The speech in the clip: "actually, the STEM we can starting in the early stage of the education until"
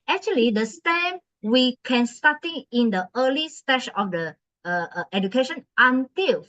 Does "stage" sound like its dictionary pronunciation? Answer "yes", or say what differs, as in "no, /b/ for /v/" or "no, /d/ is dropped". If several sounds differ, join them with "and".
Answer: no, /ʃ/ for /dʒ/